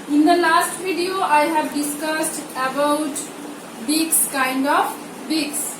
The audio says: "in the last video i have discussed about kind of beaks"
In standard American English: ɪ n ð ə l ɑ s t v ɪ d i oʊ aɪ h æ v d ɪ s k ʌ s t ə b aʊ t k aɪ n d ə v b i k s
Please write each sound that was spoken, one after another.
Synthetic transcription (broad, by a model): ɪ n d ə l ɑ s t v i d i oʊ aɪ h æ v d ɪ s k ʌ s t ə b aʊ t k aɪ n d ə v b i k s